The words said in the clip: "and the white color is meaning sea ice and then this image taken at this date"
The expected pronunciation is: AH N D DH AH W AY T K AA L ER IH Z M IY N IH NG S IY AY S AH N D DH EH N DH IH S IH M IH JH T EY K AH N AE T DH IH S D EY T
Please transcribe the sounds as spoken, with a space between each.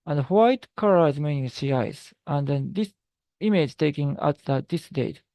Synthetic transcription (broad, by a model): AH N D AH W AY T K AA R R IH Z M IY N IH NG S IY AY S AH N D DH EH N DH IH S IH M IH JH T EY K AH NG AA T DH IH S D EY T